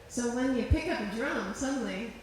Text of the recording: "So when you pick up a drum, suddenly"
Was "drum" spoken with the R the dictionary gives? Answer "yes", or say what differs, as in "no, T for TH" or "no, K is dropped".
yes